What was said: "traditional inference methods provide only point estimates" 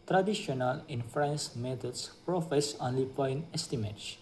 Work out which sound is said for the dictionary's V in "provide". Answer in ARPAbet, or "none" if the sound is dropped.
F